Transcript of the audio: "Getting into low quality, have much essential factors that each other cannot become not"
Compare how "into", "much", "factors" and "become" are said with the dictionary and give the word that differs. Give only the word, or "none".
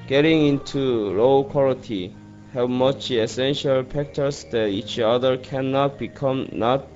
factors